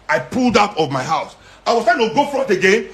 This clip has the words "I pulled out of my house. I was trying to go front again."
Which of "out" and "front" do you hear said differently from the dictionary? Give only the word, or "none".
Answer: front